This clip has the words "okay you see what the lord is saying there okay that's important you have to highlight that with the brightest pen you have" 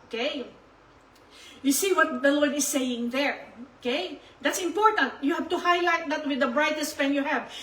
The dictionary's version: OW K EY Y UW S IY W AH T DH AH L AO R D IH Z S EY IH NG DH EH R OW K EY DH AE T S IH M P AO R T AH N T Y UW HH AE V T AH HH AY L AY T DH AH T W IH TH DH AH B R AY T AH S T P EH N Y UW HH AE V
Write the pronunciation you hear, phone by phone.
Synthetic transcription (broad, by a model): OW K EY Y UW S IY W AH T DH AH L AO R D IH S EY IH NG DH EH R OW K EY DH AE T S IH M P AO R T AH N T Y UW HH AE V T AH HH AY L AY T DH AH T W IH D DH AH B R AY T AH S T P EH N Y UW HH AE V